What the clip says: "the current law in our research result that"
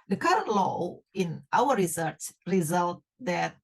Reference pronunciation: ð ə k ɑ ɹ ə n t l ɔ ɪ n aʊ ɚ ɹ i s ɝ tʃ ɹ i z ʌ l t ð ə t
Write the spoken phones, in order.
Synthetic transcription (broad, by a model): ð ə k ɑ ɹ ə n t l ɔ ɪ n aʊ ɚ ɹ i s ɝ s ɹ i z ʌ l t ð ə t